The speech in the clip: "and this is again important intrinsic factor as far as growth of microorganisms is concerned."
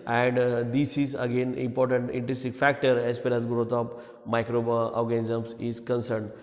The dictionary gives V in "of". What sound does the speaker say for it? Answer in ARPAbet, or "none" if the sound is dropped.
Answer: P